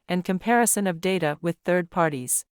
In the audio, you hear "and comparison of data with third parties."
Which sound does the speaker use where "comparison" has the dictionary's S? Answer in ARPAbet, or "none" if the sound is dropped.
S